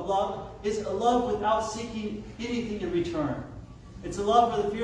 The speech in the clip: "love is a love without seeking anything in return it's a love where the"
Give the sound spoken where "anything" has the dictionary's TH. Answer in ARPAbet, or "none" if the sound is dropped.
TH